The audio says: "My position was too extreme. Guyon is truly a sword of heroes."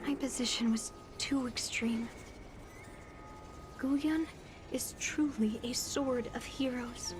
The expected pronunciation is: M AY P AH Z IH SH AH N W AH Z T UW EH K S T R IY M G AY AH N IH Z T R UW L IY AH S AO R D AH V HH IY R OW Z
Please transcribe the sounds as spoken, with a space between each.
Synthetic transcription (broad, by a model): M AY P AH Z IH SH AH N W AH Z T UW EH K S T R IY M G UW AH N IH Z T R UW L IY AH S AO R D AH V HH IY R OW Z